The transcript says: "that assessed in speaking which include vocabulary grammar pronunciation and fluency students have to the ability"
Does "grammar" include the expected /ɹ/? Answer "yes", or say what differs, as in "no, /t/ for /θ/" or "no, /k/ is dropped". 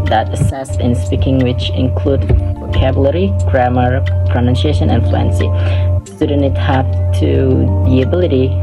yes